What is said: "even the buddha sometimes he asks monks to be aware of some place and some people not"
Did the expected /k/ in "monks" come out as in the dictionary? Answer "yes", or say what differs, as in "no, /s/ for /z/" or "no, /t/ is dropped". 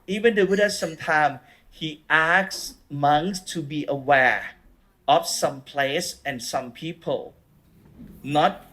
no, /k/ is dropped